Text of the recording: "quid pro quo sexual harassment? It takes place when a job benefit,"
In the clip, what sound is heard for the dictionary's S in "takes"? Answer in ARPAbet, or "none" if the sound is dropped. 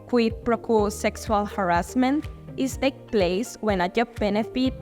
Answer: none